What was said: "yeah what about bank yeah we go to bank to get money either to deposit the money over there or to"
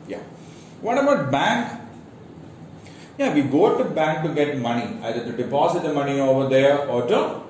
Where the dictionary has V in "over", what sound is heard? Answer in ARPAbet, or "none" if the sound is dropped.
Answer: V